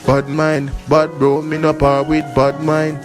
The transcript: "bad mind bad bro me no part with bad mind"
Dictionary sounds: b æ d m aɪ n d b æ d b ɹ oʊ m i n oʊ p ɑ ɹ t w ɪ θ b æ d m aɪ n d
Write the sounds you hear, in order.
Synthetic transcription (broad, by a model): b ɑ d m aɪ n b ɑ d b oʊ m i n oʊ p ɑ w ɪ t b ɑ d m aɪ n